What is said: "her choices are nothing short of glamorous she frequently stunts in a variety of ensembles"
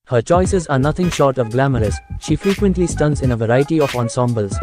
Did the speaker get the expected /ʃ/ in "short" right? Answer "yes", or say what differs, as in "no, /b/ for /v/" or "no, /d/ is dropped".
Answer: yes